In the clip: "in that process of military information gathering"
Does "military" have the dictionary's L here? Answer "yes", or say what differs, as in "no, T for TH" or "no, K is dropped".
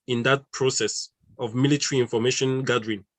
yes